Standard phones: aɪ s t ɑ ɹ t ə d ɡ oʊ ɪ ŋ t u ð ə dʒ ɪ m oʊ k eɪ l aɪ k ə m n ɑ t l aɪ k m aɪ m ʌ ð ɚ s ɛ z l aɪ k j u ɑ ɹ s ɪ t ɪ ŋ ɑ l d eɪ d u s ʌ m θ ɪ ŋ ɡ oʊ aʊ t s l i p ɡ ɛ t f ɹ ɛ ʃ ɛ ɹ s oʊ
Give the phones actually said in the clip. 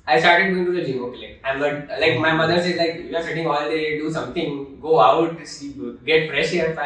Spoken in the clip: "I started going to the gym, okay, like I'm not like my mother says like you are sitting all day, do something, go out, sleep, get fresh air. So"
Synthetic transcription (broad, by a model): aɪ s t ɑ ɹ t ə d ɡ oʊ ɪ ŋ t u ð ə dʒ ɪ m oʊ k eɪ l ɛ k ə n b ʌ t l aɪ k m aɪ m ʌ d ɚ s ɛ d l aɪ k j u ɑ ɹ s ɪ t ɪ ŋ ɑ l d eɪ d u s ʌ m t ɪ ŋ ɡ oʊ aʊ t s i ɡ ɛ t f ɹ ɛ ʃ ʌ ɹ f